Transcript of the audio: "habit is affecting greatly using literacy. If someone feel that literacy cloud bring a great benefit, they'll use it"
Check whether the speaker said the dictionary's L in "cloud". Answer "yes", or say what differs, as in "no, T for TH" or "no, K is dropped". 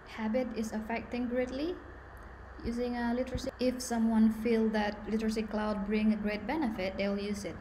yes